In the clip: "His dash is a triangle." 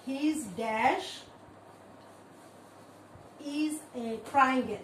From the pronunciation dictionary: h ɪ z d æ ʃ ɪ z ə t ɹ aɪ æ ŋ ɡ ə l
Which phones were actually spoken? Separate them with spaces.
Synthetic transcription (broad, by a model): h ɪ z d æ ʃ ɪ z ə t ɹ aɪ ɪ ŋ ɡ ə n